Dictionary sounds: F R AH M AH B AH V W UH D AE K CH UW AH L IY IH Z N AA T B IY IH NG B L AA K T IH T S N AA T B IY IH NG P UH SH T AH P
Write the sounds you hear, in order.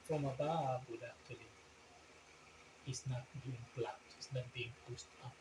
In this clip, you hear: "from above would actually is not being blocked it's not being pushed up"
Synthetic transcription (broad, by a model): F R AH M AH B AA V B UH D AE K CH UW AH L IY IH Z N AA T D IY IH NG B L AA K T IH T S N AA T B IY IH NG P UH S T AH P